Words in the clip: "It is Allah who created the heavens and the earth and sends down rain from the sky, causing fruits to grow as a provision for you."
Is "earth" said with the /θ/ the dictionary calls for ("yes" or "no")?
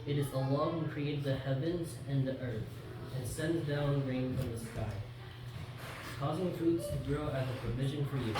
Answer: yes